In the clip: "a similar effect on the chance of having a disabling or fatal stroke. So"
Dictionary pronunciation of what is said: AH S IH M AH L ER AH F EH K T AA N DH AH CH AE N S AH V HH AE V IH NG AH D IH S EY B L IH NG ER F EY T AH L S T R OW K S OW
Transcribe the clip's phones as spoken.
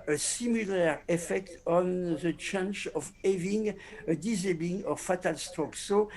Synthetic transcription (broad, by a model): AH S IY M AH L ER AH F EH K T AA N DH AH CH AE N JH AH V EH V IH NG AH D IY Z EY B IH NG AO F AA T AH L S T OW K S OW